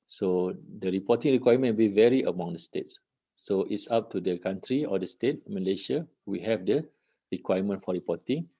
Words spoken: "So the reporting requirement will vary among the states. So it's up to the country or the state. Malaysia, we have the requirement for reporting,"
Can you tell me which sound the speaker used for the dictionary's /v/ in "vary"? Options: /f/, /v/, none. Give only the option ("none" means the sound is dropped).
/v/